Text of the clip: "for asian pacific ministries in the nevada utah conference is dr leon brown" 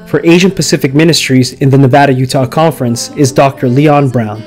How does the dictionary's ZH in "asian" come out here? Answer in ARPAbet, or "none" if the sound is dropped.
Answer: ZH